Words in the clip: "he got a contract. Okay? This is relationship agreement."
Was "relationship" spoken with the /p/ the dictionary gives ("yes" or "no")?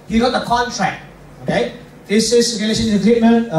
no